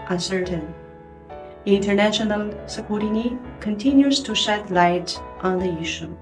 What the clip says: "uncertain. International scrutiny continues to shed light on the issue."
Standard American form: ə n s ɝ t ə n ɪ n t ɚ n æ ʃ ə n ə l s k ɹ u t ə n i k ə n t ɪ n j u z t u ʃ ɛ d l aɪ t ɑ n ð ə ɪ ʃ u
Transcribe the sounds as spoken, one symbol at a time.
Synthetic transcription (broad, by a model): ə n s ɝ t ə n ɪ n t ɚ n æ ʃ ə n ə l s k u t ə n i k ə n t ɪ n j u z t u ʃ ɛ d l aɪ t ɑ n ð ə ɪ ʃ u